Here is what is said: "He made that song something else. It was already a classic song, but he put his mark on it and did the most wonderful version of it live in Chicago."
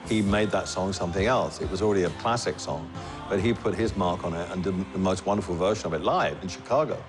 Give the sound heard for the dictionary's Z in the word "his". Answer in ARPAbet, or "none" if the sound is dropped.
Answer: Z